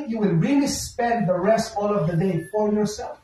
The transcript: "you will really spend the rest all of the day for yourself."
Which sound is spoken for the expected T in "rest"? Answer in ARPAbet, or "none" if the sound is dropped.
T